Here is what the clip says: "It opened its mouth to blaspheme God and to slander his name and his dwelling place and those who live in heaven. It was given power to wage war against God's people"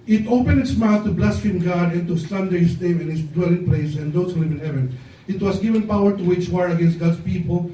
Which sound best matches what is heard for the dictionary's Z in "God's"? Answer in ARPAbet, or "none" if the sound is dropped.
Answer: S